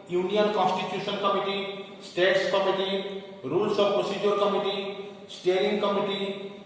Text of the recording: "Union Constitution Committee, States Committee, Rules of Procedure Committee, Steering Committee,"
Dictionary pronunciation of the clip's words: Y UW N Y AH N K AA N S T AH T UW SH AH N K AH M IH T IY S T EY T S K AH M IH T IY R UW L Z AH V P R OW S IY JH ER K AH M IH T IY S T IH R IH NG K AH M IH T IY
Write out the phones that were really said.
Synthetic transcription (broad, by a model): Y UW N Y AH N K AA N S T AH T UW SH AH N K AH M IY T IY S T EY T S K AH M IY T IY R UW L S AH B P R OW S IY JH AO K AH M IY T IY S T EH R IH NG K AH M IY T IY